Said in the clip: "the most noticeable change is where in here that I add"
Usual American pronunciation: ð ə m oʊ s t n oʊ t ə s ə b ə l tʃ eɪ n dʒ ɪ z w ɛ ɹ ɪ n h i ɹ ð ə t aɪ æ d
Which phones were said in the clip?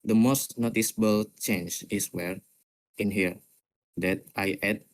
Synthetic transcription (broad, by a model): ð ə m oʊ s t n oʊ t ə s ə b ə l tʃ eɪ n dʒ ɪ s w ɛ ɹ ɪ n h i ɹ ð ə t aɪ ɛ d